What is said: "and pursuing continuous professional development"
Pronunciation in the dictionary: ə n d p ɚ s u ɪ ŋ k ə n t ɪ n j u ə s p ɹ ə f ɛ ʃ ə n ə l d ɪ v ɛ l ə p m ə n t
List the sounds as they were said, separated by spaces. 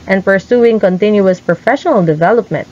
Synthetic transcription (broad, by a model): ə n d p ɚ s u ɪ ŋ k ə n t ɪ n j u ə s p ɹ ə f ɛ ʃ ə n ə l d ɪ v ɛ l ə p m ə n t